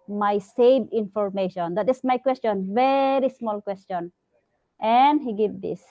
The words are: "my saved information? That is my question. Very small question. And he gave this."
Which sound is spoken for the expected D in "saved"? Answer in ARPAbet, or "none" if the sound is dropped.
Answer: none